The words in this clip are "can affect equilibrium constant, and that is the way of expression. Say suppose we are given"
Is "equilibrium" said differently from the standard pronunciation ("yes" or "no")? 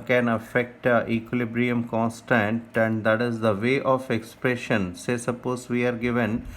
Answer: no